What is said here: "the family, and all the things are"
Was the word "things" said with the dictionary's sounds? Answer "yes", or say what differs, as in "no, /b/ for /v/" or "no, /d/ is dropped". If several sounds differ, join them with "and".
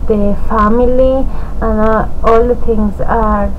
no, /t/ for /θ/